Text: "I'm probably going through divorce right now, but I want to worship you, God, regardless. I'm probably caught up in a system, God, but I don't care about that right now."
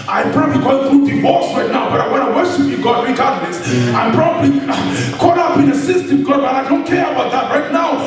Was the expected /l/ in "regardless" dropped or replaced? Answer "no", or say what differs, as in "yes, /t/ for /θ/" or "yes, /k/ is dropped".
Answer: yes, /n/ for /l/